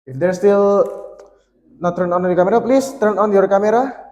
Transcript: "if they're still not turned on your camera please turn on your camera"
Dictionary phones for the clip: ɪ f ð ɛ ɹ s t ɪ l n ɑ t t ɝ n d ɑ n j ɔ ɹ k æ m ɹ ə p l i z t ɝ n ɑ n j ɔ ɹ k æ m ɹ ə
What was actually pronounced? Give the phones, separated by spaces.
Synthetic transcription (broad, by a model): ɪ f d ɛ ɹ s t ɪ l n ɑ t t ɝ n ɑ n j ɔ k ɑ m ɹ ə p l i s t ɝ n ɑ n j ɔ ɹ k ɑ m ɹ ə